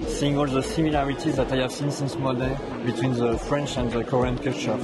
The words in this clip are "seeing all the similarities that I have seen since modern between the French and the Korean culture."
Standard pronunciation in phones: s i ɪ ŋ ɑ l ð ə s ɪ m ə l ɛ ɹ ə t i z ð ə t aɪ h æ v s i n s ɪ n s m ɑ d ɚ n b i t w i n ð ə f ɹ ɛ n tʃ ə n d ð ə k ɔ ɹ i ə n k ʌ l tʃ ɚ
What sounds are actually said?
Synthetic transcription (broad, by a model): s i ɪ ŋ ɑ l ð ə s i m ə l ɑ ɹ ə t i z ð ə t aɪ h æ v s i n s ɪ n s m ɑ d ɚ l b i t w i n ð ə f ɹ ɛ n tʃ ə n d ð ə k ɔ ɹ i ə n k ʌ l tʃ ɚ